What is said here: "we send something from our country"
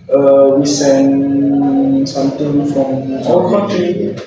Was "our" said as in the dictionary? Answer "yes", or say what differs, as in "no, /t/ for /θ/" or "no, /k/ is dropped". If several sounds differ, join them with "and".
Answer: no, /l/ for /ɹ/